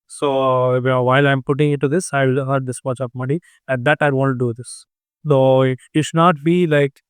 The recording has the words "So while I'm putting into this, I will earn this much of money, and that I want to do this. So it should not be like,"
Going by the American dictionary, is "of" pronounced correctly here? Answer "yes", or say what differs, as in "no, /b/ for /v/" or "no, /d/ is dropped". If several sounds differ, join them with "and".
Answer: no, /p/ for /v/